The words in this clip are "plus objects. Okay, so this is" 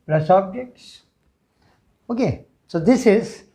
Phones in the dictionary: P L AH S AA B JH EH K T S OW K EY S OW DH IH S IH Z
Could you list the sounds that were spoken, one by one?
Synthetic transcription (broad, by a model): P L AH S AA B JH EH K T S OW K EY S OW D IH S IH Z